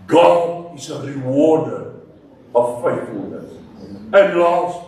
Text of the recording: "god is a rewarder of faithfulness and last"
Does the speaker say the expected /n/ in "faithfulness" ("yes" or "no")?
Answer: yes